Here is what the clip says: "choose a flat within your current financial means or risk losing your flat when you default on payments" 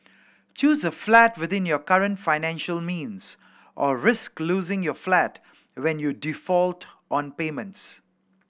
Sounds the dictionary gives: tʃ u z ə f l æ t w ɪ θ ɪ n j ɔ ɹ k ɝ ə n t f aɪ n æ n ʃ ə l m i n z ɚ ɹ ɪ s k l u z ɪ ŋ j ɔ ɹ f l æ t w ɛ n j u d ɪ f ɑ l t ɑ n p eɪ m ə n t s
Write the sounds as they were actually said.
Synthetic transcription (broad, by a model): tʃ u z ə f l æ t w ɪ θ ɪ n j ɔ k ɝ ə n t f aɪ n æ n ʃ ə l m i n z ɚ ɹ ɪ s k l u z ɪ ŋ j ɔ f l æ t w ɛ n j u d ɪ f ɑ l t ɑ n p eɪ m ə n t s